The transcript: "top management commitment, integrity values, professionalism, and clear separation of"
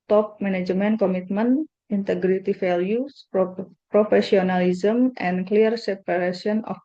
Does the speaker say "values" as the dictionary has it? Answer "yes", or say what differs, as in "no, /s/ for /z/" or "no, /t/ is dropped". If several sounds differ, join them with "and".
no, /f/ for /v/ and /s/ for /z/